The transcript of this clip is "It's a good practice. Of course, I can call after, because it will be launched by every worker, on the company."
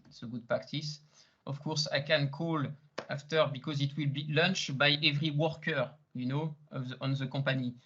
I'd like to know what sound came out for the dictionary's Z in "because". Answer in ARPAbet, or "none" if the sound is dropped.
Z